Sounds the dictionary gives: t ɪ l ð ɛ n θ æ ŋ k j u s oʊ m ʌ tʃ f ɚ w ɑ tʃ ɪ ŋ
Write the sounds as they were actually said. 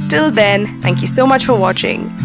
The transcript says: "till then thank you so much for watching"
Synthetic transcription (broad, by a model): t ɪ l ð ɛ n θ æ ŋ k j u s oʊ m ʌ tʃ f ɚ w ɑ tʃ ɪ ŋ